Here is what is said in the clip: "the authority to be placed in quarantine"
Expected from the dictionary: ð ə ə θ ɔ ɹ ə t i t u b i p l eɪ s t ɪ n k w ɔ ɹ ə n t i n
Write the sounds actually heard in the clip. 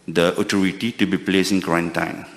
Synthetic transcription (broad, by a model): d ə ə t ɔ ɹ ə t i t u b i p l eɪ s ɪ n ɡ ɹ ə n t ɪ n